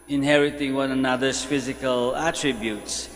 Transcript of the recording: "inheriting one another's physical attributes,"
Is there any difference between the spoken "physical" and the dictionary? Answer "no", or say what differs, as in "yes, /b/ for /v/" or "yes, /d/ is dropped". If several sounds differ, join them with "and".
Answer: no